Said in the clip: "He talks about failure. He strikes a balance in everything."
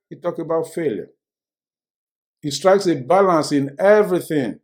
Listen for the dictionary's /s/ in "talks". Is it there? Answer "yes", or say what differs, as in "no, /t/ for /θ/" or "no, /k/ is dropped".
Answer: no, /s/ is dropped